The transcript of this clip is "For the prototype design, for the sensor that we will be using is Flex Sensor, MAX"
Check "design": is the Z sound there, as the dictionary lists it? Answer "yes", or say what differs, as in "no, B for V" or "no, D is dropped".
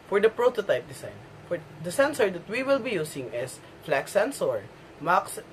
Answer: no, S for Z